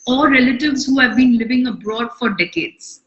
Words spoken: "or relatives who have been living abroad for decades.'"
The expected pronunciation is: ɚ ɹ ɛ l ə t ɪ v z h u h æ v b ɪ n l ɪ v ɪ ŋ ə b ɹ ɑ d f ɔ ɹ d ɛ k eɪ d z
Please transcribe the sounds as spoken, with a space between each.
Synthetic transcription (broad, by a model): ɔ ɹ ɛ l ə t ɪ v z h u h æ v b ɪ n l ɪ v ɪ ŋ ə b ɹ ɑ d f ɔ ɹ d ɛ k eɪ d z